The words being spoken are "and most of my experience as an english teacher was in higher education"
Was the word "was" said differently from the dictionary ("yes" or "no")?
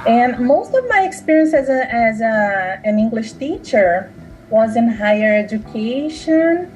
no